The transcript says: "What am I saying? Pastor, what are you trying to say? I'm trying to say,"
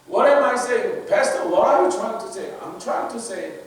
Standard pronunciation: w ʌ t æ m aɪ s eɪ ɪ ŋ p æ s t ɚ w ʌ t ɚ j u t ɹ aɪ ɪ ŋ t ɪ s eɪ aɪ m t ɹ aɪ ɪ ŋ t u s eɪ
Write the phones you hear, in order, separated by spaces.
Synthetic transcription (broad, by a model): w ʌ t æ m aɪ s eɪ ɪ ŋ b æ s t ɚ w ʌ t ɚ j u t ɹ aɪ ɪ ŋ t ɪ s eɪ aɪ m t ɹ aɪ ɪ ŋ t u s eɪ